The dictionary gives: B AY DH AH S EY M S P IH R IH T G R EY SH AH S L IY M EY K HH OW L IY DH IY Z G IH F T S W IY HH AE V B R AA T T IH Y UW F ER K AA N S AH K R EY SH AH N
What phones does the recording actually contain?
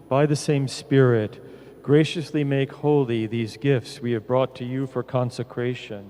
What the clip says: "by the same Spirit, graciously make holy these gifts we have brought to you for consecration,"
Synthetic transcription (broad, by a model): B AY DH AH S EY M S P IH R IH T G R EY SH AH S L IY M EY K HH OW L IY DH IY Z G IH F T S W IY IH V B R AA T T IH Y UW F ER K AA N S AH K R EY SH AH N